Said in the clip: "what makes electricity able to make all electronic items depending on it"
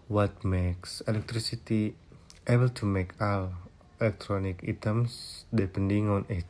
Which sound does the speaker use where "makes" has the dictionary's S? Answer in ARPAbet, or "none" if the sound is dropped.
S